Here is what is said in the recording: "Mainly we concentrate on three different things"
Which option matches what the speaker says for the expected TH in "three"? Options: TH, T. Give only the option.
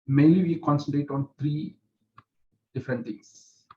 T